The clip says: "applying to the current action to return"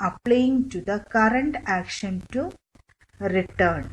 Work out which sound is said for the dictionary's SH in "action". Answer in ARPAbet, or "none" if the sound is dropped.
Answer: SH